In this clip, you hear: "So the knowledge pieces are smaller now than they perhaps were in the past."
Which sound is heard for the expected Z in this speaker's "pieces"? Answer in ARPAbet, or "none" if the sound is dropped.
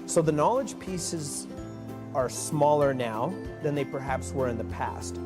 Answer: Z